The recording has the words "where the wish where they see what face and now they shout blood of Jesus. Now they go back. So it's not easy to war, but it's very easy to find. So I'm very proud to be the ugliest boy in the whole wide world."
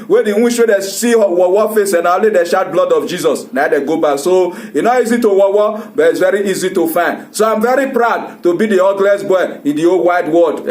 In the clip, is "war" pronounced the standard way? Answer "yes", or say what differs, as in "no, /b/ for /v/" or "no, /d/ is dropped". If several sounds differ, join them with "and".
no, /w/ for /ɹ/